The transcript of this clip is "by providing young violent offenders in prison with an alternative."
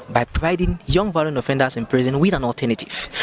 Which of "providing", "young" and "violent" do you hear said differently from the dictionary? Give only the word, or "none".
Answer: violent